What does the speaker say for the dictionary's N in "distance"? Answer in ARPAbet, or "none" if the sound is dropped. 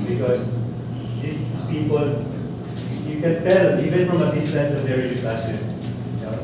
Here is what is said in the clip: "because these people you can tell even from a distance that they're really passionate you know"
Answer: none